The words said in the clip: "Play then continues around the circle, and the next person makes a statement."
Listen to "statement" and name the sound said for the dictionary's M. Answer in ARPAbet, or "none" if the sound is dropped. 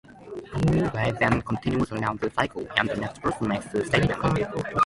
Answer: none